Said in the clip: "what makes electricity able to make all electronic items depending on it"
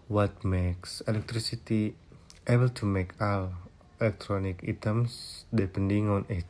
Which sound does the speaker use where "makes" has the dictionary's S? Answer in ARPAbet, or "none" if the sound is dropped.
S